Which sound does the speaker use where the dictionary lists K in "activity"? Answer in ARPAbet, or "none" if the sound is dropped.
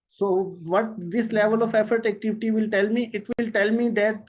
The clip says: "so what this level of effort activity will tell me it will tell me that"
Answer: K